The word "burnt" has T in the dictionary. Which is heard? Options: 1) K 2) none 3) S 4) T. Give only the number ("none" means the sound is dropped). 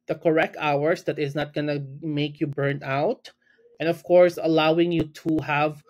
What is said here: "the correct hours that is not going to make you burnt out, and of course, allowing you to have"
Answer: 2